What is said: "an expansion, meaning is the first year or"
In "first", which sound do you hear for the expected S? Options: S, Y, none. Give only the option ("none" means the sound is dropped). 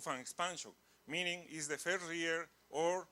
none